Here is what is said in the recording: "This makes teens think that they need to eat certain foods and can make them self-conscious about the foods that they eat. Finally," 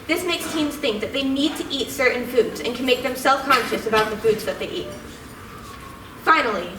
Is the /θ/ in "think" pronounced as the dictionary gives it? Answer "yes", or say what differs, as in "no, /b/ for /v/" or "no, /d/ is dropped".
yes